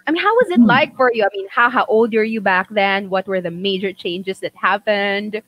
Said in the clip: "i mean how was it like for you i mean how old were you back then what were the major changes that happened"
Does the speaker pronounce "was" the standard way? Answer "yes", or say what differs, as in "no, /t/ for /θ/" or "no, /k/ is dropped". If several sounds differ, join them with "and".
yes